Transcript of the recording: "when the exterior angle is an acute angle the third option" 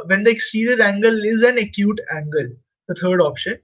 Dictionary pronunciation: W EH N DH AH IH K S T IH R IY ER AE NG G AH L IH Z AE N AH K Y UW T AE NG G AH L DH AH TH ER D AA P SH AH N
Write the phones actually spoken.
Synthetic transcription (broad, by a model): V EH N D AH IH K S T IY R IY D AE NG G AH L IH Z AE N AH K Y UW T AE NG G AH L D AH T ER D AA P SH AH N